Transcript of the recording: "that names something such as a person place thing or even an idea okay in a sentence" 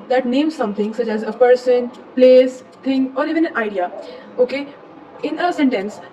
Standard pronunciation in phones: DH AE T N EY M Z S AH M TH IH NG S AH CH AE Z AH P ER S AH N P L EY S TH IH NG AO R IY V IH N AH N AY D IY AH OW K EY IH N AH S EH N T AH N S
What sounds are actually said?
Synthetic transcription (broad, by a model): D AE T N EY M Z S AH M T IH NG S AH CH AE Z AH P ER S AH N P L EY S T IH NG AO R IY V IH N AH N AY D IY AH OW K EY IH N AH S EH N T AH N S